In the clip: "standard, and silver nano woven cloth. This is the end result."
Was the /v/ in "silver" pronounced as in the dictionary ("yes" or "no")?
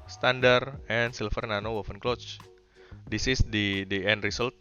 no